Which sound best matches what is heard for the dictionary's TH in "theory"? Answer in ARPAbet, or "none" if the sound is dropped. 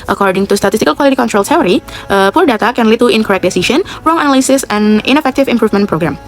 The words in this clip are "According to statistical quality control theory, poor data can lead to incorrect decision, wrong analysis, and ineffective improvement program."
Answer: S